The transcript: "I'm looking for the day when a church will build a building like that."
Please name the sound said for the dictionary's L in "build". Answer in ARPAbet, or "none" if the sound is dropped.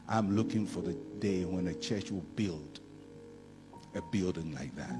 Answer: L